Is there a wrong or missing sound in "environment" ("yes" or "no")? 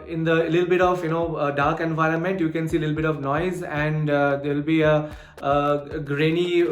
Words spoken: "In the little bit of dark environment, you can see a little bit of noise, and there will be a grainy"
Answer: no